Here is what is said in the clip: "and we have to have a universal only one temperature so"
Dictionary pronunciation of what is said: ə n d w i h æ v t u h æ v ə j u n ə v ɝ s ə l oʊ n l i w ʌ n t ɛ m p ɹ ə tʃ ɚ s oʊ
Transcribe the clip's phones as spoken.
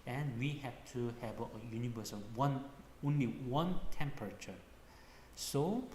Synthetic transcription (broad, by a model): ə n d w i h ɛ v t u h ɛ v ə j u n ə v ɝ s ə n oʊ n l i w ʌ n t ɛ m p ɹ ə tʃ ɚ s oʊ